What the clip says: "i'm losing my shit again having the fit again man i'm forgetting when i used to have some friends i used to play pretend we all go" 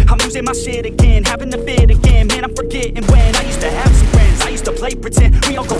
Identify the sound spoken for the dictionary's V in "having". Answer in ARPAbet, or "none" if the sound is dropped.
V